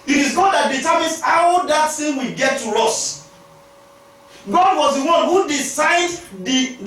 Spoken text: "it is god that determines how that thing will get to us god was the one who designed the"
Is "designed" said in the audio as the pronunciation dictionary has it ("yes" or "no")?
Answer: no